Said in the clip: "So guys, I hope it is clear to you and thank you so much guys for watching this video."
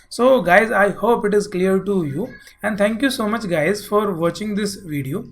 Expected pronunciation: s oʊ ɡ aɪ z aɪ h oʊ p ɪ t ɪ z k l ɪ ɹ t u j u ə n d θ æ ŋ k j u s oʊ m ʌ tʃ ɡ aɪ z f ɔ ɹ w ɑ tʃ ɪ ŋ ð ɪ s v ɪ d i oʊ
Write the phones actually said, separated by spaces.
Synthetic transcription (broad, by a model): s oʊ ɡ aɪ z aɪ h oʊ p ɪ t ɪ z k l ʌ ɹ t u j u ə n d t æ ŋ k j u s oʊ m ʌ tʃ ɡ aɪ z f ɔ ɹ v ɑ tʃ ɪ ŋ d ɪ s v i d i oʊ